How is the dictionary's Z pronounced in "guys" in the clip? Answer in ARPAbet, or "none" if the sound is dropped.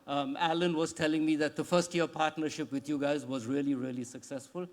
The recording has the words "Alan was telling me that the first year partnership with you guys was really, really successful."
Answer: Z